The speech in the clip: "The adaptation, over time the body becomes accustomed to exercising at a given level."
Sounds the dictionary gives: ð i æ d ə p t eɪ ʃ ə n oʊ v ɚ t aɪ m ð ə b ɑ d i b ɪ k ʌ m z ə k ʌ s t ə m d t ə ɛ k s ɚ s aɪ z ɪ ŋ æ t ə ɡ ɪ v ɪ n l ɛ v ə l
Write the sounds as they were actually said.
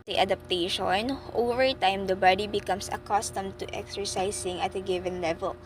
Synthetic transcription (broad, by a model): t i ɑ d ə p t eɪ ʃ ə n oʊ v ɚ t aɪ m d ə b ɑ d i b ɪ k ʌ m s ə k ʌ s t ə m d t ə ɛ k s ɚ s aɪ s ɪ ŋ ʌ t ə ɡ ɪ v ɪ n l ɛ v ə l